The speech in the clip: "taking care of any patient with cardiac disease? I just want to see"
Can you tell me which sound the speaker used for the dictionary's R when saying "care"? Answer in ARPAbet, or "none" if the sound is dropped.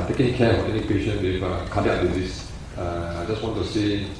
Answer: W